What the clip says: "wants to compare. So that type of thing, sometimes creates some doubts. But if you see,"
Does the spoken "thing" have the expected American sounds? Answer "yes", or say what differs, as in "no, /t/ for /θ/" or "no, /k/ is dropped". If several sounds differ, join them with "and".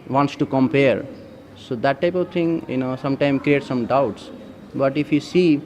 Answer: no, /t/ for /θ/